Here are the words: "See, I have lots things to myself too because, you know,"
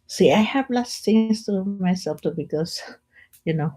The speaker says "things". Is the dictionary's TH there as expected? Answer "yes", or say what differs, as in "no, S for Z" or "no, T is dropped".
no, T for TH